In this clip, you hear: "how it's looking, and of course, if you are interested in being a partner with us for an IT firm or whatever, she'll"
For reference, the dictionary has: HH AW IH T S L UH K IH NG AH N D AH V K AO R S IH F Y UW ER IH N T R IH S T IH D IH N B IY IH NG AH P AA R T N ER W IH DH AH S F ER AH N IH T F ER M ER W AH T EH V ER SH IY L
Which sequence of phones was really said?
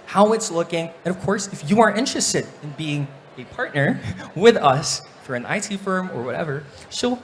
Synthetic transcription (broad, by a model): HH AW IH T S L UH K IH NG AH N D AH V K AO R S IH F Y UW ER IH N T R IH S T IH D IH N B IY IH NG AH P AA R T N ER W IH DH AH S F ER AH N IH T F ER M ER W AH T EH V ER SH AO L